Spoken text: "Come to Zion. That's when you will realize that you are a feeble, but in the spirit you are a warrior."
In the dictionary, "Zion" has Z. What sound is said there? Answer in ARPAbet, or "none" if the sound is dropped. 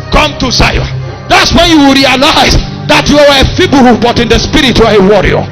S